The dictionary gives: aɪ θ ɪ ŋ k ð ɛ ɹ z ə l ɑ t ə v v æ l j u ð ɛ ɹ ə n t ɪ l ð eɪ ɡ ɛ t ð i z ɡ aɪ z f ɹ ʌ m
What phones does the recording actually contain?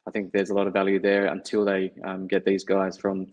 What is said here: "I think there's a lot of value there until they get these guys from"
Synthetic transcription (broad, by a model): aɪ θ ɪ ŋ k ð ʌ ɹ z ə l ɑ t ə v v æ l j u ð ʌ ɹ ə n t ɪ l ð eɪ ɡ ɛ t ð i z ɡ aɪ z f ɹ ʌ m